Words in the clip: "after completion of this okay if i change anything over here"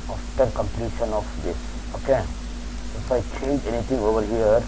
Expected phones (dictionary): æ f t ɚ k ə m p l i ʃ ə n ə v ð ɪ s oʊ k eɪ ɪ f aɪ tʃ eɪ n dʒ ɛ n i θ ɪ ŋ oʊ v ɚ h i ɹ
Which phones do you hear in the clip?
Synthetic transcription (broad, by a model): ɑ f t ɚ k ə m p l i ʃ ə n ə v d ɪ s oʊ k eɪ ɪ f aɪ tʃ eɪ n dʒ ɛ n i t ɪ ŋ oʊ v ɚ h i ɹ